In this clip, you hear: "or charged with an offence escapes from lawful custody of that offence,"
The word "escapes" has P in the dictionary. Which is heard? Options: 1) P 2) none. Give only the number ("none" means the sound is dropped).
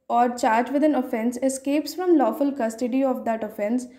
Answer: 1